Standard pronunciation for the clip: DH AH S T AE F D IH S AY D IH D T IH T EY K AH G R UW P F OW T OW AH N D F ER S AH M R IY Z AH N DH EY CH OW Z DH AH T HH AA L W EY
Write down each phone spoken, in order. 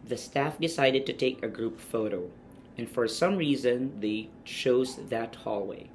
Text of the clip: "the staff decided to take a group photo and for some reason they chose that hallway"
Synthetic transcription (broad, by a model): DH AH S T AE F D IH S AY D IH D T IH T EY K AH G R UW P F OW T OW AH N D F ER S AH M R IY Z AH N DH EY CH OW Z DH AH T HH AA L W EY